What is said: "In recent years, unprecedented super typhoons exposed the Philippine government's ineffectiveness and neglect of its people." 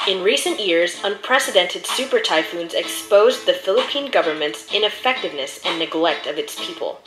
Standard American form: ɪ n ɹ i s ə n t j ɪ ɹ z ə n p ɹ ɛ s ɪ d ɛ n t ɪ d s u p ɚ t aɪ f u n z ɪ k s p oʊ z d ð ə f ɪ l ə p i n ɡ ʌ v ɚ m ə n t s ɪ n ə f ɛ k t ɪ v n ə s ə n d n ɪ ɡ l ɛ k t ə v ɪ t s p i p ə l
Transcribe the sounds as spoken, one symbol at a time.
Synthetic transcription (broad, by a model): ɪ n ɹ i s ə n t j ɪ ɹ z ə n p ɹ ɛ s ɪ d ɛ n t ɪ d s u p ɚ t aɪ f u n z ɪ k s p oʊ z ð ə f ɪ l ə p i n ɡ ʌ v ɚ m ə n t s ɪ n ə f ɛ k t ɪ v n ə s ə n n ɪ ɡ l ɛ k t ə v ɪ t s p i p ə l